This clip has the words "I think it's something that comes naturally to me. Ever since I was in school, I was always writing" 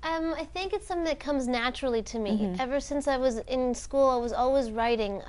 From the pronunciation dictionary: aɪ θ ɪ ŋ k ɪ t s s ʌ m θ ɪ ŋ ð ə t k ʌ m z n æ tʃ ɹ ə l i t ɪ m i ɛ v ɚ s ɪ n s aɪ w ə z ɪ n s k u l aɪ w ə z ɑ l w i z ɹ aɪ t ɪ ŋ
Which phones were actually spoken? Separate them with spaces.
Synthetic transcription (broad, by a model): aɪ θ ɪ ŋ k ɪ t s s ʌ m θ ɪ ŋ ð ə t k ʌ m z n æ tʃ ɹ l i t ɪ m i ɛ v ɚ s ɪ n s aɪ w ə z ɪ n s k u l aɪ w ə z ɑ l w i z ɹ aɪ t ɪ ŋ